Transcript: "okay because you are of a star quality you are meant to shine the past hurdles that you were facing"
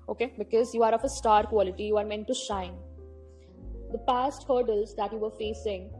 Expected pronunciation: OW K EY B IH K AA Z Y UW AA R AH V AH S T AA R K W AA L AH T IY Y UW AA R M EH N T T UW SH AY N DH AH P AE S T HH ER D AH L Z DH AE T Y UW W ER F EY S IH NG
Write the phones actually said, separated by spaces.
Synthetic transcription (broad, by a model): OW K EY B IH K AA Z Y UW AA R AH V AH S T AA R K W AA L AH T IY Y UW AA R M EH N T T UW SH AY N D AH P AE S T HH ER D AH L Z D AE T Y UW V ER F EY S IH NG